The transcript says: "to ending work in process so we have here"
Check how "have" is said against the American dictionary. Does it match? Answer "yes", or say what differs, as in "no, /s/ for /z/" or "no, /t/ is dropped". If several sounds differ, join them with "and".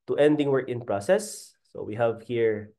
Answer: yes